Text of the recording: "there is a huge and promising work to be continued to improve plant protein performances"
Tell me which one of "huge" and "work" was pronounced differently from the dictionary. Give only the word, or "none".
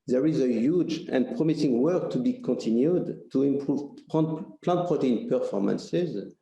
none